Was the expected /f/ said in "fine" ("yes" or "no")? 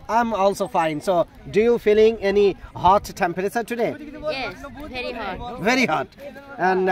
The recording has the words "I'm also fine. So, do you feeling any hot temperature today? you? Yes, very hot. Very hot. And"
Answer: yes